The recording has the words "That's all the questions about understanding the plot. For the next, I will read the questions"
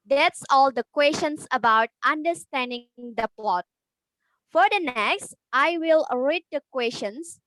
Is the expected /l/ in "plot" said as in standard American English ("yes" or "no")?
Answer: yes